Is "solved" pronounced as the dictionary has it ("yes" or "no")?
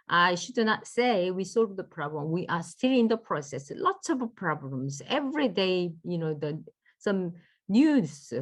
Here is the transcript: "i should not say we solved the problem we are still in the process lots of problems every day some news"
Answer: no